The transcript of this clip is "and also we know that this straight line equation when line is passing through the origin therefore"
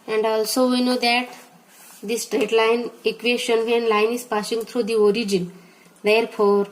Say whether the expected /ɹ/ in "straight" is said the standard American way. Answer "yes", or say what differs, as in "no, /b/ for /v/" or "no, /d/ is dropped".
yes